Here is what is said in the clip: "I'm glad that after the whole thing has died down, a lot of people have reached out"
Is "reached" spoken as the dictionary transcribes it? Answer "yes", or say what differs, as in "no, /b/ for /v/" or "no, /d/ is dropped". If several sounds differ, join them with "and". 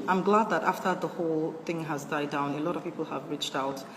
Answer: yes